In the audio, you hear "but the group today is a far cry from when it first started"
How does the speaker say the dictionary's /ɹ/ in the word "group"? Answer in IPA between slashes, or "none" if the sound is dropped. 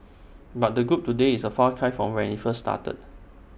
/ɹ/